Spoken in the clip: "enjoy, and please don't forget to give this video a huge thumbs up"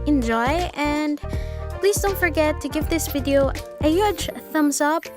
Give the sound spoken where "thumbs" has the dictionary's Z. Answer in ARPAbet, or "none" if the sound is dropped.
S